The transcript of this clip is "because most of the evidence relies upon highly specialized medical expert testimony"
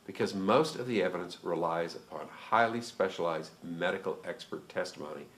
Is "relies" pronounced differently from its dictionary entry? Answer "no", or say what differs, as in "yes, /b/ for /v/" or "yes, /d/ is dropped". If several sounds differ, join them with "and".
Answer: no